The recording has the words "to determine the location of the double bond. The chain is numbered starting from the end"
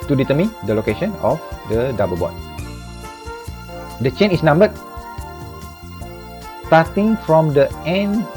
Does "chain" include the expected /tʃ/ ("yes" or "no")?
yes